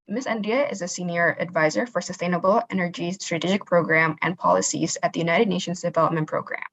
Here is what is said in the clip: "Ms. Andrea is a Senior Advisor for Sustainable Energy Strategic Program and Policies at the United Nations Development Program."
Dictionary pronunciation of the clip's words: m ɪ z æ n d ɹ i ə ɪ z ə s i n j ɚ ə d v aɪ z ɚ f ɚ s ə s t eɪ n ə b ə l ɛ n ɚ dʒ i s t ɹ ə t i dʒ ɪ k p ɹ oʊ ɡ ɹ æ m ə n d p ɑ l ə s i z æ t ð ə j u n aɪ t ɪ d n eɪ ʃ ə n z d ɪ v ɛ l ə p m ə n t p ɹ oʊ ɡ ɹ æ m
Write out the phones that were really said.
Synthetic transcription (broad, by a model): m ɪ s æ n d i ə ɪ z ə s i n j ɚ ə d v aɪ z ɚ f ɚ s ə s t eɪ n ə b l ɛ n ɚ dʒ i s t ɹ ə t i dʒ ɪ k p ɹ oʊ ɡ ɹ æ m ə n p ɑ l ə s i z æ t ð ə j u n aɪ t ɪ d n eɪ ʃ ə n z d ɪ v ɛ l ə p m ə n p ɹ oʊ ɡ ɹ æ m